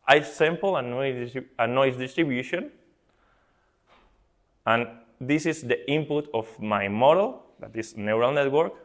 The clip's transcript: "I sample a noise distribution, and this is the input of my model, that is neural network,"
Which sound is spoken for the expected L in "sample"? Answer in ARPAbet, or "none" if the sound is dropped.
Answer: N